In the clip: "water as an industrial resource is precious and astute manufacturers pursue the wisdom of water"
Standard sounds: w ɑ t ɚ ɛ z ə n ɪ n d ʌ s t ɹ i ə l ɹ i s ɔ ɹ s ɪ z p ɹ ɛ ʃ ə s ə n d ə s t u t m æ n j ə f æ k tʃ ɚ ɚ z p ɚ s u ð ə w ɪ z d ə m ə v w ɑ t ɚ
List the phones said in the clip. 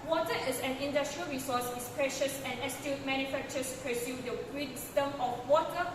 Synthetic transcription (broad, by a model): w ɑ t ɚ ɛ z ə n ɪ n d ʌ s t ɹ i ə l ɹ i s ɔ s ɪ s p ɹ ɛ ʃ ə s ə n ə s t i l m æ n j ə f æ k tʃ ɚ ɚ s p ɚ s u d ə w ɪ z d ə m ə f w ɑ t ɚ